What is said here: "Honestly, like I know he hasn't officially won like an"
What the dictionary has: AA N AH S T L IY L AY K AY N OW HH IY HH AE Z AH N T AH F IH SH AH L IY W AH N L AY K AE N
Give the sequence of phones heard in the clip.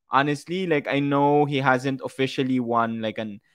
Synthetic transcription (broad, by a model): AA N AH S T L IY L AY K AY N OW HH IY HH AE Z AH N T AH F IH SH AH L IY W AH N L AY K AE N